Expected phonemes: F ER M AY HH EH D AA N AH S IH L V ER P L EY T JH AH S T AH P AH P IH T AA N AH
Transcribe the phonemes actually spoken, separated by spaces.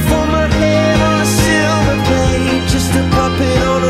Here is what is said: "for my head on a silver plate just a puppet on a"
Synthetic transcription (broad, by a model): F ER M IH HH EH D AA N AH S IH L ER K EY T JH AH S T AH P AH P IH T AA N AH